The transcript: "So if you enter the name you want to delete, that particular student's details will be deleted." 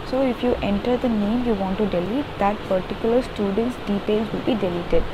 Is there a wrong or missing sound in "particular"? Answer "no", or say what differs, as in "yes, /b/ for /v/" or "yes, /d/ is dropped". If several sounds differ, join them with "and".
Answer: no